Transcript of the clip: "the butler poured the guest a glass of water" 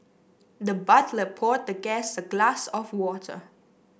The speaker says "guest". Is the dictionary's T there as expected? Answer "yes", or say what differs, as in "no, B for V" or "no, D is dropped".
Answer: no, T is dropped